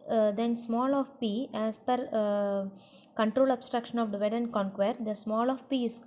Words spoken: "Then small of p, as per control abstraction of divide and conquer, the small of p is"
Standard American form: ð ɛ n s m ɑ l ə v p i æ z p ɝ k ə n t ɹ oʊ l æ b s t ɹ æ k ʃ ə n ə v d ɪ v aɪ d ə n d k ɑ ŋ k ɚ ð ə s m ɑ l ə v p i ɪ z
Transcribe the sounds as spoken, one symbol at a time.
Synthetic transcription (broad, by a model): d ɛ n s m ɑ l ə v p i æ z p ɝ k ə n t ɹ oʊ l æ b s t ɹ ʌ k ʃ ə n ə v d v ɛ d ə n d k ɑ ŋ k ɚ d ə s m ɑ l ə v p i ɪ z